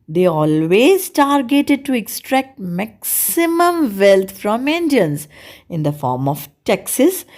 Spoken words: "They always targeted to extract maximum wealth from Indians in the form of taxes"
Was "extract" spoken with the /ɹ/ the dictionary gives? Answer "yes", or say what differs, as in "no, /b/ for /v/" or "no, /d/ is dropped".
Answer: yes